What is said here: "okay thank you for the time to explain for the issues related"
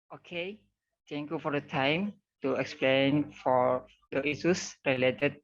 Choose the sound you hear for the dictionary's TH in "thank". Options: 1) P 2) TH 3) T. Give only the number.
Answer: 3